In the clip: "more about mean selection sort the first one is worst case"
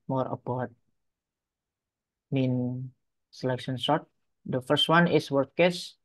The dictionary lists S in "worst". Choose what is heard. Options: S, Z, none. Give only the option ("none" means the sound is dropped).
none